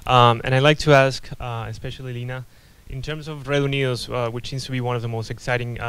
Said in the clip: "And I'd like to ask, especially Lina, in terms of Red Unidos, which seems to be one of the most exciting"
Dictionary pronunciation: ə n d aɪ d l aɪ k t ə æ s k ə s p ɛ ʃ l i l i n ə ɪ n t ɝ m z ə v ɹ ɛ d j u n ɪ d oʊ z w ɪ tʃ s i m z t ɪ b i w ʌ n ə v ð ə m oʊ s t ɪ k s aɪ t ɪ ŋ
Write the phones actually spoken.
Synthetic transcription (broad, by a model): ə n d aɪ l aɪ k t ə æ s k ə s p ɛ ʃ l i l i n ə ɪ n t ɝ m z ə v ɹ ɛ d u n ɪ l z w ɪ tʃ s i m z t ɪ b i w ʌ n ə v ð ə m oʊ s t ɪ k s aɪ t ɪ ŋ